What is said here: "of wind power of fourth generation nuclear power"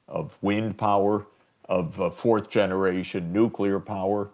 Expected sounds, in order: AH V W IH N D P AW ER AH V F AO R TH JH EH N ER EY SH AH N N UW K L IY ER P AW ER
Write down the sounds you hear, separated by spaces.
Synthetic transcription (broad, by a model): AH V W IH N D P AW ER AH V F AO R TH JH EH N ER EY SH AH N N UW K L IY ER P AW ER